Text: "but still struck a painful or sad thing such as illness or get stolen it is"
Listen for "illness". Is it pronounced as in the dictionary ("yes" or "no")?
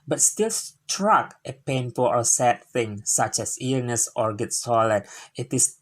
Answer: no